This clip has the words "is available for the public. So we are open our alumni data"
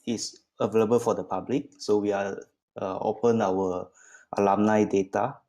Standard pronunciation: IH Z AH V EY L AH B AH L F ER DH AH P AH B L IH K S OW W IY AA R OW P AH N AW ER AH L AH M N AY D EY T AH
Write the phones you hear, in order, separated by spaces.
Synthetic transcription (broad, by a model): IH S AH V EY L AH B AH L F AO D AH P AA B L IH K S OW W IY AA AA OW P AH N AW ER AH L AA M N AY D EY T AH